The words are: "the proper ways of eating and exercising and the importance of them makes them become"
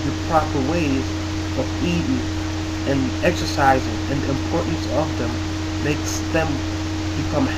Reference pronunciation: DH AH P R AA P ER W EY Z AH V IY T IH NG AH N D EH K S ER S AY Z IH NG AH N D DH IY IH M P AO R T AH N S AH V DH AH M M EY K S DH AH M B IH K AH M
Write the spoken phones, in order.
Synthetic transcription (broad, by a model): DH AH P R AA P ER W EY Z AH V IY T IH NG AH N EH K S ER S AY Z IH NG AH N DH IY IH M P AO R T N S AH V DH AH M M EY K S DH AH M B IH K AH M